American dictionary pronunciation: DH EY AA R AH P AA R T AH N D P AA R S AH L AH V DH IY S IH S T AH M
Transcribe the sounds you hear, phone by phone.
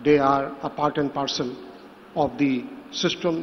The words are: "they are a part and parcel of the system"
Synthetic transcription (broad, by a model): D EY AA R AH P AA R T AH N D P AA R S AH N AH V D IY S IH S T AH M